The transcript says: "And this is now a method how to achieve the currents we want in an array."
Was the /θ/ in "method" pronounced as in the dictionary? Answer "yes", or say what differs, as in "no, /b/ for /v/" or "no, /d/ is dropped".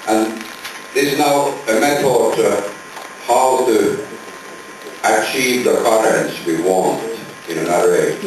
no, /t/ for /θ/